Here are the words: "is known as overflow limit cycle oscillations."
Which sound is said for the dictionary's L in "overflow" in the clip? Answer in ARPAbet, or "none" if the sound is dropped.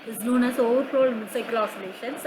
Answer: none